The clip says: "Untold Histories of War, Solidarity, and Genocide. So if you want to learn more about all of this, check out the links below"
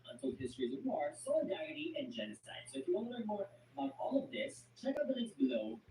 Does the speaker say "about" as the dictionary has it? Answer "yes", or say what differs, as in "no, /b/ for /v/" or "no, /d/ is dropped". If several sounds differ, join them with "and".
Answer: no, /b/ is dropped